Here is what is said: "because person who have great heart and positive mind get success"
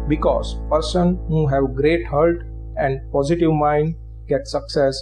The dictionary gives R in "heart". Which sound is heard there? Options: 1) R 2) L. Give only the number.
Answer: 2